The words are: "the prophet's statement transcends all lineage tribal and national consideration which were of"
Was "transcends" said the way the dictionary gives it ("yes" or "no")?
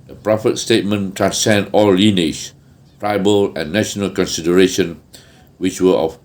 no